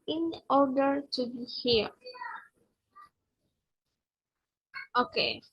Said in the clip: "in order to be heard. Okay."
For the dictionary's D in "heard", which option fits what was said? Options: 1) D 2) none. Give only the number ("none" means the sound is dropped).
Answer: 2